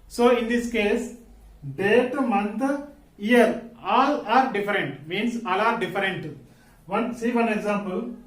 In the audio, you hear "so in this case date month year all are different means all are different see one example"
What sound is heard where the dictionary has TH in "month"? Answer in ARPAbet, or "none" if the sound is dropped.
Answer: T